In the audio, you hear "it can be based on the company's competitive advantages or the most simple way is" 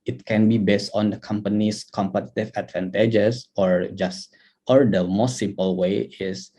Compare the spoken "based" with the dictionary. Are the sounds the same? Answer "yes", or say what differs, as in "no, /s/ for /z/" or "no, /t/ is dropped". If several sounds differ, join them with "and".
yes